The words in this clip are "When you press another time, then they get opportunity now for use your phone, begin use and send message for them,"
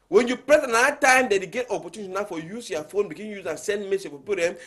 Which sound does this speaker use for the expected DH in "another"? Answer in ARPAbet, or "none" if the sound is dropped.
none